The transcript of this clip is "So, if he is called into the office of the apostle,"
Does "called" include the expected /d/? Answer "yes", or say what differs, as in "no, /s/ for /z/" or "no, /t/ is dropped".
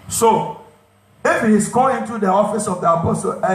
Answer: no, /d/ is dropped